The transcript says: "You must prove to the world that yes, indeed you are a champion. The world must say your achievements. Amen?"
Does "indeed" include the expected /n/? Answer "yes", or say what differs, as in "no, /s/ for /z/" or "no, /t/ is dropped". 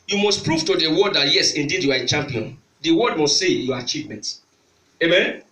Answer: yes